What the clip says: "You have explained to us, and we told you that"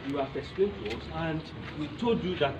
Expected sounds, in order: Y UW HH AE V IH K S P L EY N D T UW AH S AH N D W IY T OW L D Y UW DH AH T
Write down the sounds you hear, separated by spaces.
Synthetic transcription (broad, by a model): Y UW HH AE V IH K S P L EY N T UW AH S AH N D W IY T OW D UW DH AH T